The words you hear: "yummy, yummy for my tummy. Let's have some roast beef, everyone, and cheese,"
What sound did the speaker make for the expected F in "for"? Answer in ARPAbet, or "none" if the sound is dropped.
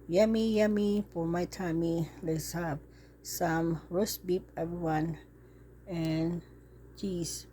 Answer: P